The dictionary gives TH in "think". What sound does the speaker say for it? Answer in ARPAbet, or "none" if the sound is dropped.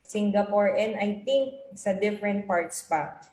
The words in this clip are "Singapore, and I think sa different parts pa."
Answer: T